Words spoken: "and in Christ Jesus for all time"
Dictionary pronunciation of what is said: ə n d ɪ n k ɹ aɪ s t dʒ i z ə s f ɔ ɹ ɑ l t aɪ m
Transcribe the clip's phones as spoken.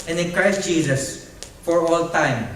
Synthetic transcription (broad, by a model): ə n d ɪ n k ɹ aɪ s t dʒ i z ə s f ɔ ɹ ɑ l t aɪ m